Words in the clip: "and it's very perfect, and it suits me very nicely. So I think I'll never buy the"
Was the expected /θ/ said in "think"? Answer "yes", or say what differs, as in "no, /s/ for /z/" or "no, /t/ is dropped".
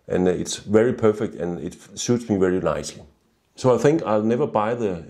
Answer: yes